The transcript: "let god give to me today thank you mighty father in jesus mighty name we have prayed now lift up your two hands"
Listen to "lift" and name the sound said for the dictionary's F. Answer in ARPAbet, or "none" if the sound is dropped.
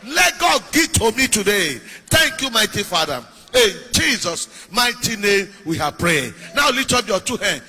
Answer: none